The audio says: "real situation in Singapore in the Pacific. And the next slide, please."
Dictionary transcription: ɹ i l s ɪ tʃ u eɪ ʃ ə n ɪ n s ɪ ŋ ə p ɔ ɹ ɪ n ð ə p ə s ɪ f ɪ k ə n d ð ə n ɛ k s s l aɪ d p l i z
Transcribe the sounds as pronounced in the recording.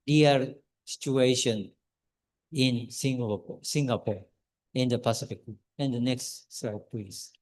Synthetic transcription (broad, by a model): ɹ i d s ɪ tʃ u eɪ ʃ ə n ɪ n s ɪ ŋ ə p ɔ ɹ ɪ n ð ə p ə s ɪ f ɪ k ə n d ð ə n ɛ k s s aɪ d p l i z